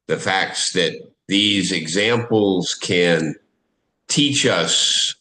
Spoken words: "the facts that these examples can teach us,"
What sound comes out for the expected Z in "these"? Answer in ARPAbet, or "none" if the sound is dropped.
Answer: Z